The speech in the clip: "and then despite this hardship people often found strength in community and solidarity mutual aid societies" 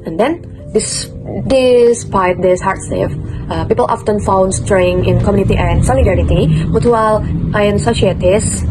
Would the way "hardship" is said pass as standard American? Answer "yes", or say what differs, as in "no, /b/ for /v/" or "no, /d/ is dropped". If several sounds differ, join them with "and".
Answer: no, /f/ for /p/